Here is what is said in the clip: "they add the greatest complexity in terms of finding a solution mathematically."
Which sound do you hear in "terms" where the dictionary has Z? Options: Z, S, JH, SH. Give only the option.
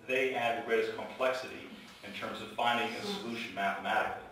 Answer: Z